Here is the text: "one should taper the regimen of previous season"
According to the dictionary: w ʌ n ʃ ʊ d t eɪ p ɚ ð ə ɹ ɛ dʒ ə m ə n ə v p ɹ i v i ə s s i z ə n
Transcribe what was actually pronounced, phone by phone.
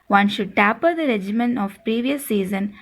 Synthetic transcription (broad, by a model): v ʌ n ʃ ʊ d t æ p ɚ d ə ɹ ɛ dʒ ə m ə n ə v p ɹ i v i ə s s i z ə n